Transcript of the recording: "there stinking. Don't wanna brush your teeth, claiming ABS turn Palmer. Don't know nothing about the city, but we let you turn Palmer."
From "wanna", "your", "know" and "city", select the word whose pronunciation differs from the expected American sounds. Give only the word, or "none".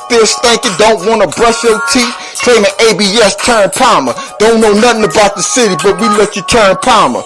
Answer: your